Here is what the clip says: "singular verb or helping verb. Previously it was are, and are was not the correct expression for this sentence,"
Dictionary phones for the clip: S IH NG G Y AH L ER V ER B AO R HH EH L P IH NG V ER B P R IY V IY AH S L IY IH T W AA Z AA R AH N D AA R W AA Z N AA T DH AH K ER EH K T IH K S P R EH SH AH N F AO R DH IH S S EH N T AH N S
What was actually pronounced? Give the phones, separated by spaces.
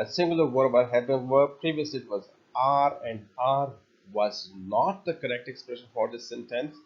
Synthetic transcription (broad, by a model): S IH NG G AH L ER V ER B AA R HH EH P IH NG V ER P R IY V IY AH S L IY IH T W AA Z AA R AH N D AA R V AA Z N AA T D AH K ER EH K T IH K S P R EH SH AH N F AO R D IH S S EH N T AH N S